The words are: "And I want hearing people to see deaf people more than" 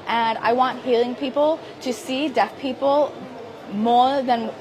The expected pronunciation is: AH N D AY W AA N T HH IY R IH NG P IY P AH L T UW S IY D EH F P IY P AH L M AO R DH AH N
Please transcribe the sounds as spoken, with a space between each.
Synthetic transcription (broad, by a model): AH N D AY W AA N T HH IY L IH NG P IY P AH L T UW S IY D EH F P IY P AH L M AO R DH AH N